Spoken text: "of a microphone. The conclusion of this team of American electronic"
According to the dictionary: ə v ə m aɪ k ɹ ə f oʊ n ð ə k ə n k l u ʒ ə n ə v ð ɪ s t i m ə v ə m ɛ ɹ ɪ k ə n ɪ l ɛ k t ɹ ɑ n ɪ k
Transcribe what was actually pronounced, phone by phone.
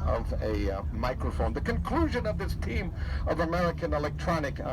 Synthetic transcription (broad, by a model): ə v ə m aɪ k ɹ ə f oʊ n ð ə k ə n k l u ʒ ə n ə v ð ɪ s t i m ə v ə m ɛ ɹ ɪ k ə n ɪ l ɛ k t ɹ ɑ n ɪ k